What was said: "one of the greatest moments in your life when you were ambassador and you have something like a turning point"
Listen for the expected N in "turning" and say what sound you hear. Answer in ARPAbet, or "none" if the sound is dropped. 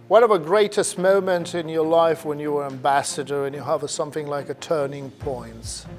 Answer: N